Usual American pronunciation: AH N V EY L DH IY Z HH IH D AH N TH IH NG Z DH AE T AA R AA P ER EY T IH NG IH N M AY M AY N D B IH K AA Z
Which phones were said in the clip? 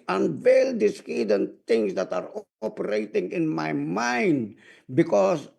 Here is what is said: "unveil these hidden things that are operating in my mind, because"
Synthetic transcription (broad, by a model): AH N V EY L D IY S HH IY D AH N T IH NG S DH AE T AA R AA P ER EY T IH NG IH N M AY M AY N D B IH K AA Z